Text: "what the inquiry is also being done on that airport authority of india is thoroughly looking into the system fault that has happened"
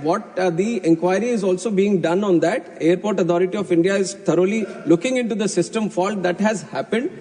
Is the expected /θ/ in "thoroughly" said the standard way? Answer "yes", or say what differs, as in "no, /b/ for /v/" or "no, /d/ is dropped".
no, /t/ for /θ/